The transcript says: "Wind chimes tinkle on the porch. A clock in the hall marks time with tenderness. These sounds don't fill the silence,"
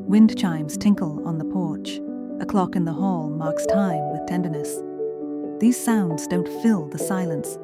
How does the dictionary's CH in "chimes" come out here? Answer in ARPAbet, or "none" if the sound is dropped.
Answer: CH